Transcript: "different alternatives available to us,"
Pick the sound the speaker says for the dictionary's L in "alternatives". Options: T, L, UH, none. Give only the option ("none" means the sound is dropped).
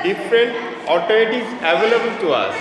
none